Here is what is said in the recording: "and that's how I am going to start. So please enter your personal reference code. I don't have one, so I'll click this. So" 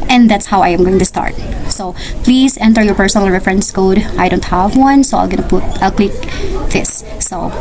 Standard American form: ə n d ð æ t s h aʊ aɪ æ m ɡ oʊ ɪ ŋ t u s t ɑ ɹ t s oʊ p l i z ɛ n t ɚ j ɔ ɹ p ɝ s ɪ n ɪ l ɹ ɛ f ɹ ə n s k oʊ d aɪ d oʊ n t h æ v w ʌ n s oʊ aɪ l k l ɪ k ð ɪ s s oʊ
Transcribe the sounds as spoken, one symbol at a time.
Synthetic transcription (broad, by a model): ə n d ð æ t s h aʊ aɪ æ m ɡ oʊ ɪ ŋ t u s t ɑ ɹ t s oʊ p l i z ɛ n t ɚ j ɔ ɹ p ɝ s ɪ n ɪ l ɹ ɛ f ɹ ə n s k oʊ d aɪ d oʊ n t h æ v w ʌ n s oʊ aɪ l k l ɪ k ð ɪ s s oʊ